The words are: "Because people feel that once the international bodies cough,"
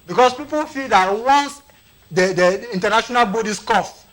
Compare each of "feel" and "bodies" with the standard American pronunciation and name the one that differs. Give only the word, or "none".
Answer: bodies